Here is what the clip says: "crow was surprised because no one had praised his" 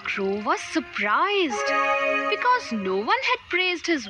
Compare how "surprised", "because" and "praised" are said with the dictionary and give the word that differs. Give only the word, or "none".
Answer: none